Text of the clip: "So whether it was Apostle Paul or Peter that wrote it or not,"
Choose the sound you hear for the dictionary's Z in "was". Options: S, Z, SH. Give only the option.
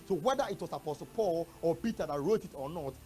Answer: S